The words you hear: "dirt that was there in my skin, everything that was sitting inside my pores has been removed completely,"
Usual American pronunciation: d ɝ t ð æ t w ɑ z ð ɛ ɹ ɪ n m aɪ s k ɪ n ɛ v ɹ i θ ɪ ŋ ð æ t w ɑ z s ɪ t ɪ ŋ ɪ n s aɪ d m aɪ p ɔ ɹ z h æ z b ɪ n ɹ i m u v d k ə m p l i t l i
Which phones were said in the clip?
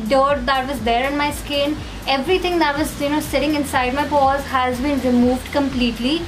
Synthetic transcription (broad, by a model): d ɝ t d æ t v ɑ z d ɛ ɹ ɪ n m aɪ s k ɪ n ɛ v ɹ i t ɪ ŋ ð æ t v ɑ z s ɪ t ɪ ŋ ɪ n s aɪ d m aɪ p ɔ z h æ z b ɪ n ɹ i m u v d k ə m p l i t l i